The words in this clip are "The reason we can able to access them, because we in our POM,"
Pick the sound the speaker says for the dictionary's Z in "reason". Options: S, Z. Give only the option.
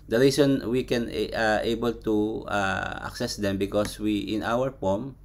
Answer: S